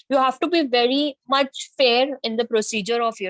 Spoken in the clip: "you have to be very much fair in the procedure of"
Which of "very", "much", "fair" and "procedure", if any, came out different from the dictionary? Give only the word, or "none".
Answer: none